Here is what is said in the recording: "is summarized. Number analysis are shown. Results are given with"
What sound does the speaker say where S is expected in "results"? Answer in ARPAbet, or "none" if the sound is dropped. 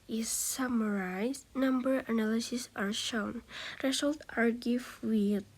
none